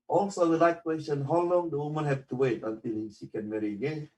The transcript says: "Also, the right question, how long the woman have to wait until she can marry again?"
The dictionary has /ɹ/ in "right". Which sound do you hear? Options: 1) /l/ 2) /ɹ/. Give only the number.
1